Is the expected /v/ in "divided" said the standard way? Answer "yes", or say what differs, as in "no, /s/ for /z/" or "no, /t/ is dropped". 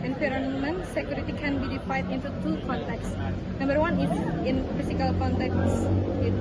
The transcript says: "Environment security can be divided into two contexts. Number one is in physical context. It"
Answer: no, /f/ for /v/